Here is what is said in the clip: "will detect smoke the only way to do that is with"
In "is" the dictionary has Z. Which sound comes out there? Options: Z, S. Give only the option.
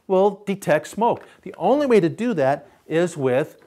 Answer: Z